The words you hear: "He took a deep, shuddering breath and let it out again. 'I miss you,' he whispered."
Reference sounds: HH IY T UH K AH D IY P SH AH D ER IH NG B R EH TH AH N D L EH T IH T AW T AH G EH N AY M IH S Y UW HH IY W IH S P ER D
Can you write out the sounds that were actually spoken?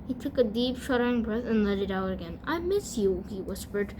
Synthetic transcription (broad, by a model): HH IY T UH K AH D IY P SH AH D ER IH NG B R EH TH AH N L EH T IH T AW T AH G EH N AY M IH S Y UW HH IY W IH S P ER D